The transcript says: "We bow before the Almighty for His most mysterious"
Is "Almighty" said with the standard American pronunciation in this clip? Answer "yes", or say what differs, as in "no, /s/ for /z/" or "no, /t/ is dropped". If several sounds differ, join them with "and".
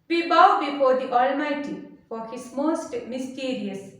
yes